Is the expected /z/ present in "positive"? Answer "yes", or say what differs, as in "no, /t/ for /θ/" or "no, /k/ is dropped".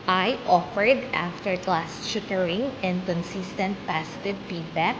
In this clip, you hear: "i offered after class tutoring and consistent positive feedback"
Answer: no, /s/ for /z/